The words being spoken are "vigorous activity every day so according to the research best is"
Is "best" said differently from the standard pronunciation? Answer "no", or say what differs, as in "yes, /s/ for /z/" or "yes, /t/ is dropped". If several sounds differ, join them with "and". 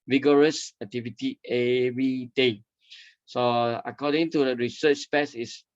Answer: yes, /t/ is dropped